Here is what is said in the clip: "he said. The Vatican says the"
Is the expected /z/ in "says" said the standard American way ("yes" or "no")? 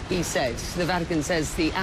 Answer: yes